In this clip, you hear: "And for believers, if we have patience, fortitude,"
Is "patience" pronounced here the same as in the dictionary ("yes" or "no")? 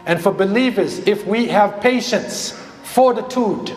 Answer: yes